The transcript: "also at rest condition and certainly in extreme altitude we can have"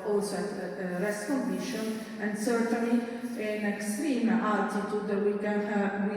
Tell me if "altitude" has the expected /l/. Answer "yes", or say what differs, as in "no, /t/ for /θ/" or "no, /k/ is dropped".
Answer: no, /l/ is dropped